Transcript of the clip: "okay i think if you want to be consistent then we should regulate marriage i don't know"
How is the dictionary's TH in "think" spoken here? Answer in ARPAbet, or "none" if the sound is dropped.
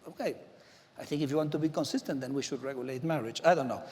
TH